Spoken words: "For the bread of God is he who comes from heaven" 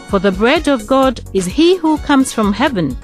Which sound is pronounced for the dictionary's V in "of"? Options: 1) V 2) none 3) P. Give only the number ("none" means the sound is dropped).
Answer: 1